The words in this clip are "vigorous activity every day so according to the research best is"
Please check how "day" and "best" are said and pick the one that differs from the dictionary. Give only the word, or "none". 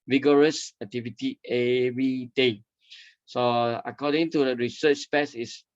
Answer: best